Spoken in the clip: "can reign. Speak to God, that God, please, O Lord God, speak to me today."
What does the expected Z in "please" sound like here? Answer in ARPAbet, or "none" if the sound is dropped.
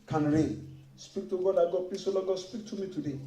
S